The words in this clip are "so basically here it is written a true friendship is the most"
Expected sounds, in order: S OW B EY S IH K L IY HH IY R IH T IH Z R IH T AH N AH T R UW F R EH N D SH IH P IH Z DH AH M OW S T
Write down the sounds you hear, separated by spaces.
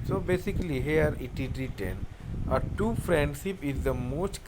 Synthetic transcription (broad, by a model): S OW B EY S IH K L IY HH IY R IH T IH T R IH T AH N AH T UW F R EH N D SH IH P IH Z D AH M OW S T